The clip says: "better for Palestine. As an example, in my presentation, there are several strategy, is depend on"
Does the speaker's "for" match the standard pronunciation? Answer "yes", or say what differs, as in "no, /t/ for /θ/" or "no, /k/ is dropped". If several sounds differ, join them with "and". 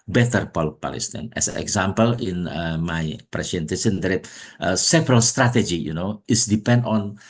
no, /p/ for /f/ and /l/ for /ɹ/